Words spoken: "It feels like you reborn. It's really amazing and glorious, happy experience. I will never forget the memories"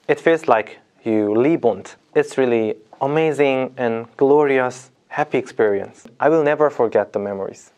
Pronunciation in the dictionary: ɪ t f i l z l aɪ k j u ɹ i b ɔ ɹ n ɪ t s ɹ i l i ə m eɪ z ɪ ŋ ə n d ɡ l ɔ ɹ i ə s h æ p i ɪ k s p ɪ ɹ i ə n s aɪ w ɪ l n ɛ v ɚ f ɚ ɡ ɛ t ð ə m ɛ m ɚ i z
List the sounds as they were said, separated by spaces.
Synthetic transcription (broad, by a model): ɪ t f i l z l aɪ k j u l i b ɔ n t ɪ t s ɹ i l i ə m eɪ z ɪ ŋ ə n ɡ l ɔ ɹ i ə s h æ p i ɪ k s p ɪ ɹ i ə n s aɪ w ɪ l n ɛ v ɚ f ɚ ɡ ɛ t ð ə m ɛ m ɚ i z